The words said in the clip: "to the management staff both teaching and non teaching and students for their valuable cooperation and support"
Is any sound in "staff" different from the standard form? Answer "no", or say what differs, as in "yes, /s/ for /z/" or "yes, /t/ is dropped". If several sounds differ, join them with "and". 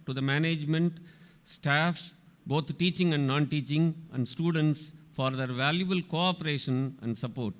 no